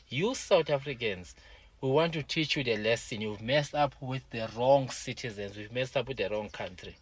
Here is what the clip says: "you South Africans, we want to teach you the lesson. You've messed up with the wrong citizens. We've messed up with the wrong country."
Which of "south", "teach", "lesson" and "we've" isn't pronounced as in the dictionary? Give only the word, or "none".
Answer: south